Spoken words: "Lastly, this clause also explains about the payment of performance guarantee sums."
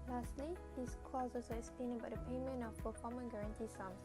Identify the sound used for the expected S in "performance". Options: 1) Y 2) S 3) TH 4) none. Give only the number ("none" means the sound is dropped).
4